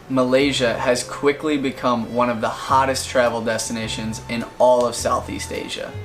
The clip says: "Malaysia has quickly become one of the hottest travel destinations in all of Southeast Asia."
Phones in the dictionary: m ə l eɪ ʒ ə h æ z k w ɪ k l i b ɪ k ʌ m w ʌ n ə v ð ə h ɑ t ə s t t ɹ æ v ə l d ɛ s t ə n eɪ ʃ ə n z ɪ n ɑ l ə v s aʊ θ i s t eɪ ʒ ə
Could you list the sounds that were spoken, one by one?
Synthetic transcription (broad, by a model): m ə l eɪ ʒ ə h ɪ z k w ɪ k l i b ɪ k ʌ m w ʌ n ə v ð ə h ɑ t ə s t t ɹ æ v l d ɛ s t ə n eɪ ʃ ə n z ɪ n ɑ l ə v s aʊ θ i s t eɪ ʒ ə